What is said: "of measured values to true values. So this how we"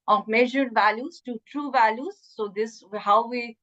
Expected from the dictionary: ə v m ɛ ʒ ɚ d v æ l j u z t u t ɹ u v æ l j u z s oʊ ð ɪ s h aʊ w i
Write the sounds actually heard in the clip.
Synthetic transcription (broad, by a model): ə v m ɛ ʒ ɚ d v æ l j u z t u t ɹ u v æ l j u z s oʊ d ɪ s h aʊ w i